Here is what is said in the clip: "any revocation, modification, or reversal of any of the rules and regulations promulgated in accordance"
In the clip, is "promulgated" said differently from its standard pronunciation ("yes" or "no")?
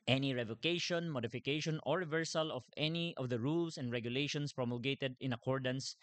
no